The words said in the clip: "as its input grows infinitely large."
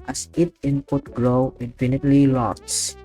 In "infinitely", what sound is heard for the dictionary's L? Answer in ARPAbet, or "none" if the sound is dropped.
L